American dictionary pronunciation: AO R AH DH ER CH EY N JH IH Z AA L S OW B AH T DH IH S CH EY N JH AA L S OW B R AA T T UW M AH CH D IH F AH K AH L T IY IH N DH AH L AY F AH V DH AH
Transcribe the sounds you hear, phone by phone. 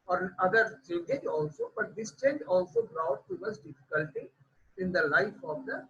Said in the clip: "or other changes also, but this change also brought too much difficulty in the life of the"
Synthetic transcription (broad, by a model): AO R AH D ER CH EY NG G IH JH AA L S OW B AH T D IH S CH EY N JH AA L S OW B R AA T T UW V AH S D IH F AH K AH L T IY IH N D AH L AY F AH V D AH